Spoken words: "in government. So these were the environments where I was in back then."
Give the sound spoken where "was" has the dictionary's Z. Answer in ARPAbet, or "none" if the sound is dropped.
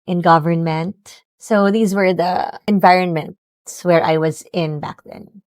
Z